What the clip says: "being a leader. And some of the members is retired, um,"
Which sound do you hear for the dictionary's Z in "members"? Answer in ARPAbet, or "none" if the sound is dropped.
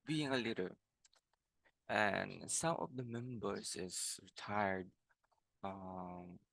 S